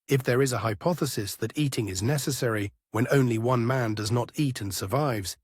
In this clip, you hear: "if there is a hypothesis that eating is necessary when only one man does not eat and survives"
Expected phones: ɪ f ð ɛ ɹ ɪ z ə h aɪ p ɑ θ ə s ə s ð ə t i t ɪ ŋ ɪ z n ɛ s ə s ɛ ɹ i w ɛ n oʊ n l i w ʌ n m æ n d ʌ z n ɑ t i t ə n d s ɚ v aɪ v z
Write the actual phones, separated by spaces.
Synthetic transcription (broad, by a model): ɪ f ð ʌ ɹ ɪ z ə h aɪ p ɑ θ ə s ə s ð ə t i t ɪ ŋ ɪ z n ɛ s ə s ɛ ɹ i w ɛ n oʊ n l i w ʌ n m æ n d ʌ z n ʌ t i t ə n s ɚ v aɪ v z